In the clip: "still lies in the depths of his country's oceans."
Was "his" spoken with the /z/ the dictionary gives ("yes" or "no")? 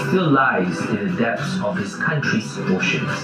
no